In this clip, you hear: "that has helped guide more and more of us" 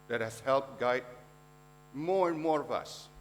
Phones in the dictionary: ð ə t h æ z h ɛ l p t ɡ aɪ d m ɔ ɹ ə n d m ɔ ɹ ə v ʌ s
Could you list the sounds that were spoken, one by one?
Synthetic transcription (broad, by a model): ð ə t h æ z h ɛ l p t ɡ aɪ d m ɔ ɹ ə n m ɔ ɹ ə v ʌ s